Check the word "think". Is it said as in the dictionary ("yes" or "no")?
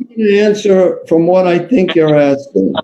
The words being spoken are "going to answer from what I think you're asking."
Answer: yes